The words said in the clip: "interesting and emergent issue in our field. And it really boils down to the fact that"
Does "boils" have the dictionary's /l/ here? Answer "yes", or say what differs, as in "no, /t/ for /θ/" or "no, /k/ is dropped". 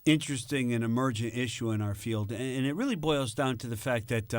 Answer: yes